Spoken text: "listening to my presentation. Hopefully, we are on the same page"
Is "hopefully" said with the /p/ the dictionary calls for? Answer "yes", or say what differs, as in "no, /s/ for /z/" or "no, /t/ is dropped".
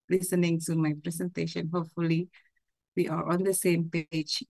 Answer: yes